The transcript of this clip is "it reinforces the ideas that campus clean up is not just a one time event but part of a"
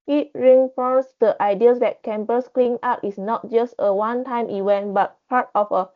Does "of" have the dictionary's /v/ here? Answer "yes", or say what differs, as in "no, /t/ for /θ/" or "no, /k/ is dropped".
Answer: no, /f/ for /v/